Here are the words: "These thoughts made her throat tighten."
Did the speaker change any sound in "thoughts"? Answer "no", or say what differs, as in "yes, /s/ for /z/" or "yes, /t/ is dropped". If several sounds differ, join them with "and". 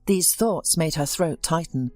no